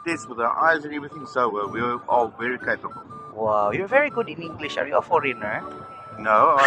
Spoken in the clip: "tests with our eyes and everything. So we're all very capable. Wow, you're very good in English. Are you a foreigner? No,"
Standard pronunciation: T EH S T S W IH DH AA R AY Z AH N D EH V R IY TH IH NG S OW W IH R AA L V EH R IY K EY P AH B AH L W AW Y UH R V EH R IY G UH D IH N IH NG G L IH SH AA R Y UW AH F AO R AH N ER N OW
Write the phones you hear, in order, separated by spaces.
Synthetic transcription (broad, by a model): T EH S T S W IH DH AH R AY Z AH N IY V IY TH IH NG S OW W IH W AA L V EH R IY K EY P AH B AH W AW Y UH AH V EH R IY G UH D IH N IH NG G L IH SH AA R Y UW AH F AO R AH N ER N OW